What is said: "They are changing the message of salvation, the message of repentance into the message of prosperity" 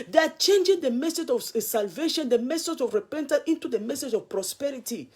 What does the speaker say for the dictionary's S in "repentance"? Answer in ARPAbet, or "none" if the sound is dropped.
none